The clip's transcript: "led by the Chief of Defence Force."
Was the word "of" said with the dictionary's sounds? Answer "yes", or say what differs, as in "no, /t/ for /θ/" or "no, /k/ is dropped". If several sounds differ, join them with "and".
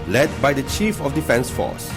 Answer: no, /f/ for /v/